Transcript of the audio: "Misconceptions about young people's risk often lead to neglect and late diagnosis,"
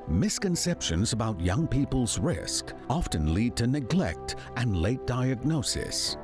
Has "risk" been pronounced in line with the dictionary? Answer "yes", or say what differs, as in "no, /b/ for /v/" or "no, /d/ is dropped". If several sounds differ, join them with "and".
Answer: yes